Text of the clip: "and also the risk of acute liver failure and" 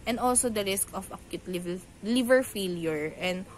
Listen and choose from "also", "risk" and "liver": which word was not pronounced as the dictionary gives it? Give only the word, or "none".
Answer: none